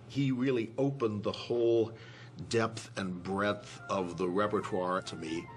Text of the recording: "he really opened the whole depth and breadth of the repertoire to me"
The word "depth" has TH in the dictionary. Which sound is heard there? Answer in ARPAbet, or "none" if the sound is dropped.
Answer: TH